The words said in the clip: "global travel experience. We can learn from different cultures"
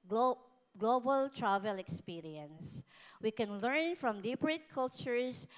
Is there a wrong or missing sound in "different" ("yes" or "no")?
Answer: yes